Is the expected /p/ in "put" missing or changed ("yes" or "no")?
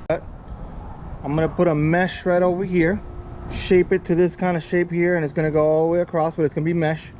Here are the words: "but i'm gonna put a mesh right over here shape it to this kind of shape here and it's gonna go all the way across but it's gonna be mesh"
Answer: no